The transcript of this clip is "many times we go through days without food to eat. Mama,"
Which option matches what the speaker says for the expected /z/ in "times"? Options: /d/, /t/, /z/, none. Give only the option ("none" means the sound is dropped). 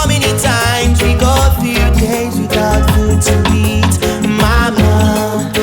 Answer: /z/